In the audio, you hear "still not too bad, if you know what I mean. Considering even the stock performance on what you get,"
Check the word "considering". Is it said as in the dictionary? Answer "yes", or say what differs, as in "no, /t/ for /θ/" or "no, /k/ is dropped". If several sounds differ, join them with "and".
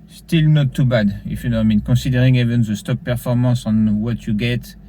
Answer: no, /n/ is dropped